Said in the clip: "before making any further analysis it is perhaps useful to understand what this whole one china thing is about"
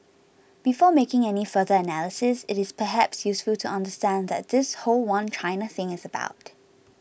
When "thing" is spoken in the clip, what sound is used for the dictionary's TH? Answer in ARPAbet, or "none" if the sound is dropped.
TH